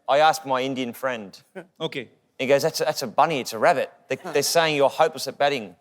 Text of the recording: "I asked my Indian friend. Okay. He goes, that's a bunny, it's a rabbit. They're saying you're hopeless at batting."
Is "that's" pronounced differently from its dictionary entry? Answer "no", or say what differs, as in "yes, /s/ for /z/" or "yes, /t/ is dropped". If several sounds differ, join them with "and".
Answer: no